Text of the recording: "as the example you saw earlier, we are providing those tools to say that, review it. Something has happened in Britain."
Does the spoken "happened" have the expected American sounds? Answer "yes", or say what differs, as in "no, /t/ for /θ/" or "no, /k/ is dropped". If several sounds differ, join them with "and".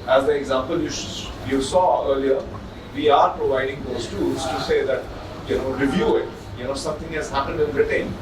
yes